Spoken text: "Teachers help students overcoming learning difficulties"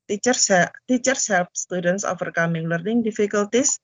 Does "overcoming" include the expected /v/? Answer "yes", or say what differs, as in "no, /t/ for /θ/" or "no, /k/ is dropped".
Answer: no, /f/ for /v/